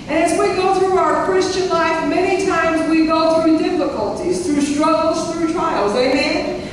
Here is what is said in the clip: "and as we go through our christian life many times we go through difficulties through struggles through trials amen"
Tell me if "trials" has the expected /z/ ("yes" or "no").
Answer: yes